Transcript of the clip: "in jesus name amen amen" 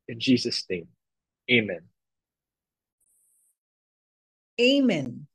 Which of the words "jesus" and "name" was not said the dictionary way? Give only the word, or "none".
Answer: none